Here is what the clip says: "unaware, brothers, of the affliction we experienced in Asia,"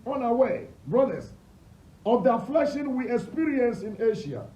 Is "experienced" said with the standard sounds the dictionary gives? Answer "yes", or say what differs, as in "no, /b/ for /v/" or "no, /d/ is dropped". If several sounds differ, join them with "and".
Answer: no, /t/ is dropped